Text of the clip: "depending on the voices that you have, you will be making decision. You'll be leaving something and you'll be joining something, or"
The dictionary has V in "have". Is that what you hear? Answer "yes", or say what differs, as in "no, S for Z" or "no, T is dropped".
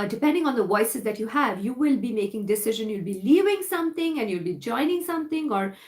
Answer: yes